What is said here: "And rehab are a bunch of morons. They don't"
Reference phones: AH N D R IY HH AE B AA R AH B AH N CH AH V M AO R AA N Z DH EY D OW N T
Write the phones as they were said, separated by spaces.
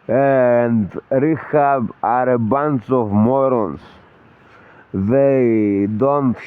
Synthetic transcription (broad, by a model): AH N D R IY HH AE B AA R AH B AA N S AH V M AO R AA N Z DH EY D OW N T